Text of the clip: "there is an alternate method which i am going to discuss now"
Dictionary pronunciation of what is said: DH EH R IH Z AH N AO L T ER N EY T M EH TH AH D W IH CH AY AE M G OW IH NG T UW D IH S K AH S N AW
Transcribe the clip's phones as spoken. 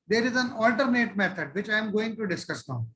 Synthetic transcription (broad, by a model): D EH R IH Z AH N AO L T ER N EY T M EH T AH D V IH CH AY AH M G OW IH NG T UW D IH S K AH S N